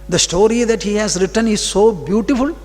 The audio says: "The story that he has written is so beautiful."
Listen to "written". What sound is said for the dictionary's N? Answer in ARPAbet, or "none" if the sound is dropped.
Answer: N